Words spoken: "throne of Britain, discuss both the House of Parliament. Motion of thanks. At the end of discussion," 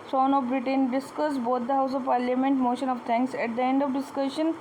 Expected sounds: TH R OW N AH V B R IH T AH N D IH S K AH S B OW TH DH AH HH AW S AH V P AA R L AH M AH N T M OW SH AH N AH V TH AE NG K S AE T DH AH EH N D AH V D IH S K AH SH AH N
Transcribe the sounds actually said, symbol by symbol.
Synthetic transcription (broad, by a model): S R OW N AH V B R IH T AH N D IH S K AH S B OW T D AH HH AW S AH V P AA R L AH M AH N T M OW SH AH N AH V T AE NG K S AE T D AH EH N D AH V D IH S K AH SH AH N